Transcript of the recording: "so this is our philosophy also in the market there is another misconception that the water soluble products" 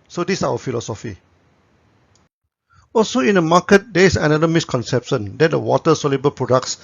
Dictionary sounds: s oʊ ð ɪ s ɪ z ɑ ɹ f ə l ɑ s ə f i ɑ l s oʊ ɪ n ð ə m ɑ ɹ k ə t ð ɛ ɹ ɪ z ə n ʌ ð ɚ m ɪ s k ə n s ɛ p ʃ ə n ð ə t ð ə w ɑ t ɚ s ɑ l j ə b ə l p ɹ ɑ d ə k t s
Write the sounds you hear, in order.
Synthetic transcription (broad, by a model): s oʊ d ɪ s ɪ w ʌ f ə l ɑ s ə f i ɑ l s oʊ ɪ n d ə m ɑ k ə t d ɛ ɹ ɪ s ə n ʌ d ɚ m ɪ s k ə n s ɛ p ʃ ə n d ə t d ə w ɑ t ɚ s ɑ l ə b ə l p ɹ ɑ d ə k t s